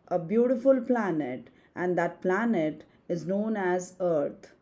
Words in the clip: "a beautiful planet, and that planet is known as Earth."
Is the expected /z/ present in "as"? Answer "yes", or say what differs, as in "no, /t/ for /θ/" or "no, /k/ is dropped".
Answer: yes